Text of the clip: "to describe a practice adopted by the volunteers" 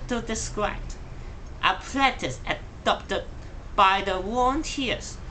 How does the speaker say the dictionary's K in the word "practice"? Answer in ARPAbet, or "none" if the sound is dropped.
none